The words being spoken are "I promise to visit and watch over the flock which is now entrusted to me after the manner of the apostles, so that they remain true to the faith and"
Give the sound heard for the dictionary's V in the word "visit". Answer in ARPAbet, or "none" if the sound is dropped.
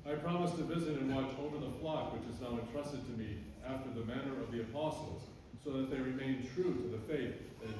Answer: V